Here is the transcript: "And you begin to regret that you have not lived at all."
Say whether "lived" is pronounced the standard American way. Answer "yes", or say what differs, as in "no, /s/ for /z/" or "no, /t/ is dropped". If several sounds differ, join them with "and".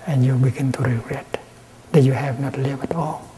no, /d/ is dropped